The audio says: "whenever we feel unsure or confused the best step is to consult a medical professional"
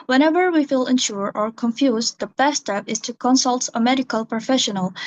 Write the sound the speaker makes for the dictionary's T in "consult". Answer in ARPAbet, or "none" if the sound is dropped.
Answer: T